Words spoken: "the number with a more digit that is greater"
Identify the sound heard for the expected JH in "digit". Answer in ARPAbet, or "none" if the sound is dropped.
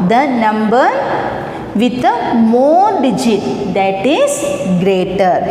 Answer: JH